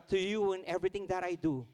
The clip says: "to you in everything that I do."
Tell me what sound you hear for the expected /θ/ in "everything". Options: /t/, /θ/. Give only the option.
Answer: /t/